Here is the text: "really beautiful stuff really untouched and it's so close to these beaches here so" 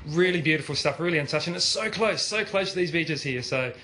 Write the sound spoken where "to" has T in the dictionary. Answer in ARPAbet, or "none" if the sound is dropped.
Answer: S